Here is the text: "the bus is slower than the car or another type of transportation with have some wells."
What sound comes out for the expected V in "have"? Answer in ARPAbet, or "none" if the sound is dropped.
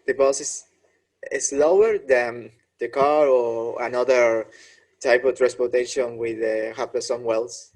P